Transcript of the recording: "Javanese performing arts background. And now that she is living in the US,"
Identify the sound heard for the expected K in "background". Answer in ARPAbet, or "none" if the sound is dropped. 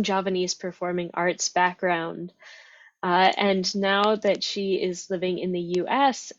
K